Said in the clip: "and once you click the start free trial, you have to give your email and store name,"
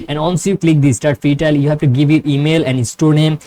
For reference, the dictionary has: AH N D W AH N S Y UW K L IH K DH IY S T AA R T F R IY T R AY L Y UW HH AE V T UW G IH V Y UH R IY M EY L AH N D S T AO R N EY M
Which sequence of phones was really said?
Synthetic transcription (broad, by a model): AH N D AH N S Y UW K L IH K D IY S T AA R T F IY T AY L Y UW HH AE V T UW G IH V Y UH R IY M EY L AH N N S T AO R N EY M